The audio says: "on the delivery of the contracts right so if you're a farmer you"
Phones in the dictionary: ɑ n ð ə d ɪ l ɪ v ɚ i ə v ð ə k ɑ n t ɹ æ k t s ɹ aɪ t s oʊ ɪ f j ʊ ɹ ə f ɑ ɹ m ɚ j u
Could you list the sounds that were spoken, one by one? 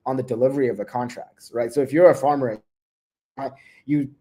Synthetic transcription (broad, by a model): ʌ n ð ə d ɪ l ɪ v ɚ i ə v ð ə k ɑ n t ɹ æ k t s ɹ aɪ t s oʊ ɪ f j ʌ ɹ ə f ɑ ɹ m ɚ j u